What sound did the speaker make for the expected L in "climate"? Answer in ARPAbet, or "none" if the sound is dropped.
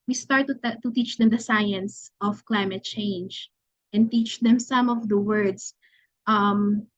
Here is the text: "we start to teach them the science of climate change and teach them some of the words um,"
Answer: L